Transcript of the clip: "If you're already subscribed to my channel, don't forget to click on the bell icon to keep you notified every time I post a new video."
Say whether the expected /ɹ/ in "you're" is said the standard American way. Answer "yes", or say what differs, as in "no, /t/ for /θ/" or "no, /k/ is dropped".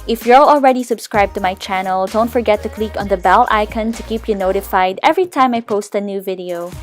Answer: no, /l/ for /ɹ/